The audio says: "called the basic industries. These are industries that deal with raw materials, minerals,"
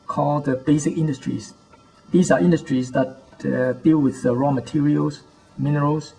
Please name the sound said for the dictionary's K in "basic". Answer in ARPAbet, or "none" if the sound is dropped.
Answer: K